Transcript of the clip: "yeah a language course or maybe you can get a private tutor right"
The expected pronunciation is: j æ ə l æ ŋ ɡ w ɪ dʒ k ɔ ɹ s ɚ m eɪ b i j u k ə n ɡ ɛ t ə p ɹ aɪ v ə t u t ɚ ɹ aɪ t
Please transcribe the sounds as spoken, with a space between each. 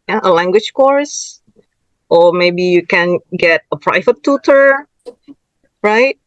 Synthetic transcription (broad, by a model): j ə l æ ŋ ɡ w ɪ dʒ k ɔ ɹ s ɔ m eɪ b i j u k ə n ɡ ɛ t ə p ɹ aɪ v ə t u t ɚ ɹ aɪ t